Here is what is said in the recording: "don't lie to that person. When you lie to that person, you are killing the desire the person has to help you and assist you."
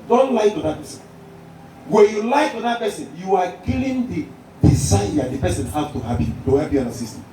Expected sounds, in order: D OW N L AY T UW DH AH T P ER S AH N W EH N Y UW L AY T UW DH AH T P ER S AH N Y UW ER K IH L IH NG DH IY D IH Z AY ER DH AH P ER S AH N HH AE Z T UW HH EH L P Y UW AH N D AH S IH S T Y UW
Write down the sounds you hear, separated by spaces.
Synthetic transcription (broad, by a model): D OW N L AY T UW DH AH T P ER S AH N W EH N Y UW L AY T UW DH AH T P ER S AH N Y UW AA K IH L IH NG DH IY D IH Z AY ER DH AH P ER S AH N HH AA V T UW HH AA P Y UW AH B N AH S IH S T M